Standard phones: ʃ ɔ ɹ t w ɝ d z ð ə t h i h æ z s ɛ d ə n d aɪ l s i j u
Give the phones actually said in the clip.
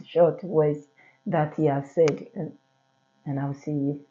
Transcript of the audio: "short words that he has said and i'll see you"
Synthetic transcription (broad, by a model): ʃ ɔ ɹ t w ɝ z ð ə t h i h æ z s ɛ d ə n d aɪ w s i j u